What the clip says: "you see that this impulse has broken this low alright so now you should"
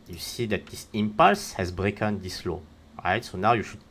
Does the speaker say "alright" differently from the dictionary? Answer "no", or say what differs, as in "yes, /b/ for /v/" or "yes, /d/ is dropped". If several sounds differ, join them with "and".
yes, /l/ is dropped